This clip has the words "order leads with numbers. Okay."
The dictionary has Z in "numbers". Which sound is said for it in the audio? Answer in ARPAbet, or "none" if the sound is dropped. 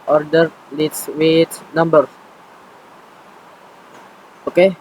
none